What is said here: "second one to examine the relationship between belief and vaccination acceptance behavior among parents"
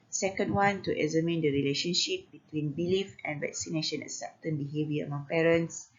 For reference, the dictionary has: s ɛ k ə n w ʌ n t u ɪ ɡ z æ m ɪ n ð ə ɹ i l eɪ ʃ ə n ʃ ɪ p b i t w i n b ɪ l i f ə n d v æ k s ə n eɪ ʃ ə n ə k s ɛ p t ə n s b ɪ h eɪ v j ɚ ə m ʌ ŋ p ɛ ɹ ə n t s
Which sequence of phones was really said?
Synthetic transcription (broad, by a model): s ɛ k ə n w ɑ n t u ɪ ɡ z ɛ m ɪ n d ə ɹ i l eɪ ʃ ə n ʃ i p b i t w i n b ɪ l i f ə n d v æ k s ə n eɪ ʃ ə n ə s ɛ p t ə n b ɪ h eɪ v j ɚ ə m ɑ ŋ p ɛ ɹ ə n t s